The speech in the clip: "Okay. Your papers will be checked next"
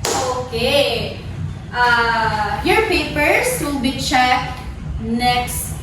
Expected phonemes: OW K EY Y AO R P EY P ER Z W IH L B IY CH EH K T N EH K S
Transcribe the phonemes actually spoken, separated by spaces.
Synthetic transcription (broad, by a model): OW K EY Y AO R P EY P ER S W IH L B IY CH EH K N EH K S